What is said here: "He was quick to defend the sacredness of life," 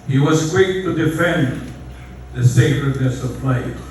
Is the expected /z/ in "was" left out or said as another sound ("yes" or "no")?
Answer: no